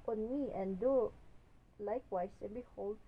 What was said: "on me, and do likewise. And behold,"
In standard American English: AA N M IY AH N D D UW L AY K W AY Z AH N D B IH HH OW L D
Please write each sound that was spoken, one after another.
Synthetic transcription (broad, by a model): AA N M IY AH N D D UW L AY K W AY S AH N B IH HH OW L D